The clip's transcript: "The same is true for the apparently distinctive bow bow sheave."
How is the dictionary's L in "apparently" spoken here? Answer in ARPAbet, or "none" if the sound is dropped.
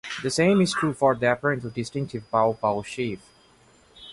none